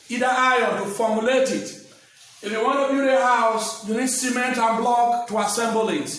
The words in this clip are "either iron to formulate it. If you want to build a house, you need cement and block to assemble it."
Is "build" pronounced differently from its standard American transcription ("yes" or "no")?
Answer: yes